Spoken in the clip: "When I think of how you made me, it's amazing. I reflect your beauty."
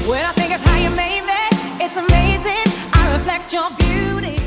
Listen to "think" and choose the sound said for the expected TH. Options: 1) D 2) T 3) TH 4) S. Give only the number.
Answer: 3